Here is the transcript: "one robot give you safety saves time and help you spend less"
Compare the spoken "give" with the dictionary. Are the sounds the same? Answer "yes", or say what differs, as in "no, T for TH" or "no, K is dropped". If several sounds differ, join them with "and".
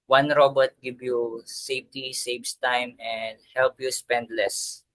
no, B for V